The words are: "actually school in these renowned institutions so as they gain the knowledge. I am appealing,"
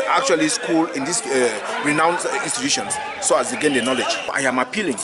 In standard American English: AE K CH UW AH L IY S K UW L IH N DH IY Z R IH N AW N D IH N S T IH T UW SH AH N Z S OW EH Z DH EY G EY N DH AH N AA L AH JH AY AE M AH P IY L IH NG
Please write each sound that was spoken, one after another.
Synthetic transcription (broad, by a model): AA K CH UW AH L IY S K UW L IH N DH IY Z R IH N AW N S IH N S T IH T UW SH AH N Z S OW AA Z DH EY G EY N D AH N AA L AH JH AY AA M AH P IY L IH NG